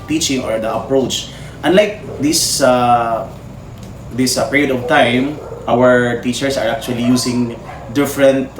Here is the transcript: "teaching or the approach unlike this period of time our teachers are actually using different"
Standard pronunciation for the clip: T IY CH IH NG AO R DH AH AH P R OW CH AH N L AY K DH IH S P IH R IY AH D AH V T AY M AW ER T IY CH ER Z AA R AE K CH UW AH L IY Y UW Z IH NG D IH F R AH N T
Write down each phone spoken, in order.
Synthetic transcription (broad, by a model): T IY CH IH NG AO R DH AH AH P R OW CH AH N L AY K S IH S P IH R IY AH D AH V T AY M AW ER T IY CH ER S AA R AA K CH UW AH L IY Y UW S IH NG D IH F R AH N T